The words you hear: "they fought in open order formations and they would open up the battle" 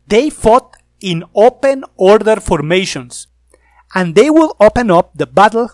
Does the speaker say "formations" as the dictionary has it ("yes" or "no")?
no